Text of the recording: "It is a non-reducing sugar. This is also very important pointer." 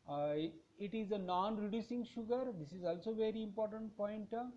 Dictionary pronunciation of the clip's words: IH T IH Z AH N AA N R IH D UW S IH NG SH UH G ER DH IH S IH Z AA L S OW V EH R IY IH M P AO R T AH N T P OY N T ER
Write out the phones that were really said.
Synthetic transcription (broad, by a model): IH T IH Z AH N AA N R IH D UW S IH NG SH UH G ER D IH S IH Z AA L S OW V EH R IY IH M P AO R T AH N T P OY N T